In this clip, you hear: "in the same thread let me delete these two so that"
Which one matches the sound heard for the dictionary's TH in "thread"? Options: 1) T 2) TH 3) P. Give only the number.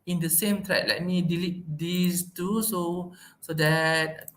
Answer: 1